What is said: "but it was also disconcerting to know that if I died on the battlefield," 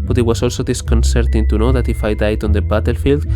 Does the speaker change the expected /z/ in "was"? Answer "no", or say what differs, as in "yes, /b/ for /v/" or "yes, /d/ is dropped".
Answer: yes, /s/ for /z/